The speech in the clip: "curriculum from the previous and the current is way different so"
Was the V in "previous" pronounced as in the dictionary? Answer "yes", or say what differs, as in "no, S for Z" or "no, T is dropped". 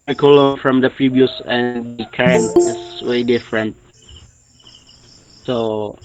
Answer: no, B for V